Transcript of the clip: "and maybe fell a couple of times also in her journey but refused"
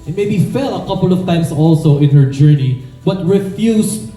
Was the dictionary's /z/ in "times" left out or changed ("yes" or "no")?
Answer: yes